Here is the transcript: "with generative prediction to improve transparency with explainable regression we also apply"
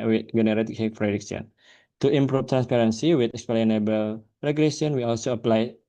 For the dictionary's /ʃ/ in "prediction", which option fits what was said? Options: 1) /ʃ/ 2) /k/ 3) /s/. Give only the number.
3